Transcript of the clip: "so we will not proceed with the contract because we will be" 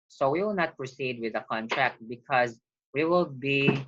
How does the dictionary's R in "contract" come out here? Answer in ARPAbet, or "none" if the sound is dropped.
R